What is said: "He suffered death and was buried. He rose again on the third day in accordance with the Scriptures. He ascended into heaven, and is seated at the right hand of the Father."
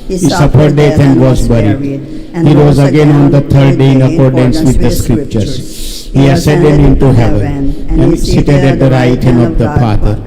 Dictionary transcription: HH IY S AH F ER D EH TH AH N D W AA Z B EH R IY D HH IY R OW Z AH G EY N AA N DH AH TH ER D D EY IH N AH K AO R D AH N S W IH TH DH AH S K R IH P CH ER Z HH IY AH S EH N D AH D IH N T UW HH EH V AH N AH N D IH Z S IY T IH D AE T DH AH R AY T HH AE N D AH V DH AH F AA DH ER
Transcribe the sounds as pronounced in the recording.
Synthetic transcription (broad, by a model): HH IY S AH F ER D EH T AH N D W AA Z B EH R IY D HH IY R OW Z AH G EY N AA N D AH T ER D D EY IH N AH K AO R D AH N S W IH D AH S K R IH P CH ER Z HH IY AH S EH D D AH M IH N T UW HH EH V AH N AH N D S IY T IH D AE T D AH R AY T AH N AH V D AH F AA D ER